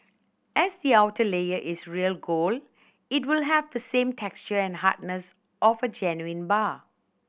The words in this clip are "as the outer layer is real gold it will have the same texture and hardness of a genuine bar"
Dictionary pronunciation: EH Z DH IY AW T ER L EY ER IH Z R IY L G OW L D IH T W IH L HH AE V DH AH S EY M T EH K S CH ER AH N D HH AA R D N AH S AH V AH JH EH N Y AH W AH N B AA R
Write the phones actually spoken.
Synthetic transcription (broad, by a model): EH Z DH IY AW T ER L EY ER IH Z R IY L G OW L IH T W IH L HH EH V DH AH S EY M T EH K S CH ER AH N HH AA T N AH S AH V AH JH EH N Y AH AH N B AA